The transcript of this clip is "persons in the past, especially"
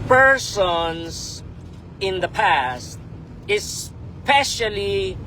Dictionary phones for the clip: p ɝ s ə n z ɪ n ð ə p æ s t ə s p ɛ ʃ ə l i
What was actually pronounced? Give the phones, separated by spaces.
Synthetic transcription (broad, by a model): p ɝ s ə n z ɪ n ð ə p æ s t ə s p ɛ ʃ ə l i